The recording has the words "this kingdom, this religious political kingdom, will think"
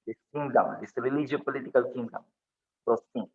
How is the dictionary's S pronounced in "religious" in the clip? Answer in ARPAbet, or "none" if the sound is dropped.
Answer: none